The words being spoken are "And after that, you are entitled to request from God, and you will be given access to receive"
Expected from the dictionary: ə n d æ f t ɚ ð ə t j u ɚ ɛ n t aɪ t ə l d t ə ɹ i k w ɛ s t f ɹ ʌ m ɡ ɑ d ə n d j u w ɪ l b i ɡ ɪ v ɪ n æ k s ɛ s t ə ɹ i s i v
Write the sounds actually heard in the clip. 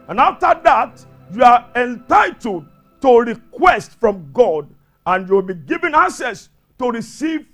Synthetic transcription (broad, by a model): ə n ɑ f t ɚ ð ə t j u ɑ ɛ n t aɪ t ə l d t ə ɹ i k w ɛ s t f ɹ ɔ m ɡ ɑ d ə n j u w ɪ l b i ɡ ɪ v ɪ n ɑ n s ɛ s t ə ɹ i s i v